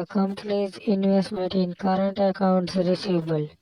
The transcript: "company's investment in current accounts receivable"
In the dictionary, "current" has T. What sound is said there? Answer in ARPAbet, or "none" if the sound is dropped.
T